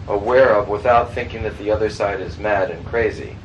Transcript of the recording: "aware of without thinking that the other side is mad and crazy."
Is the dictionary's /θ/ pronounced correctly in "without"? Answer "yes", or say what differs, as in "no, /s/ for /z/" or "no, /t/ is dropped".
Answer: yes